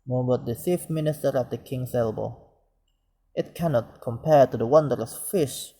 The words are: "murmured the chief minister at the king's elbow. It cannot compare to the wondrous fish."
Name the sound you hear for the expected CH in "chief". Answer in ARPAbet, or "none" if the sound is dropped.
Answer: S